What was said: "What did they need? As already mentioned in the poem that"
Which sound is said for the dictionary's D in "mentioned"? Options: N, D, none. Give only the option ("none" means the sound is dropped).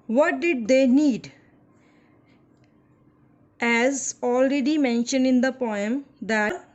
D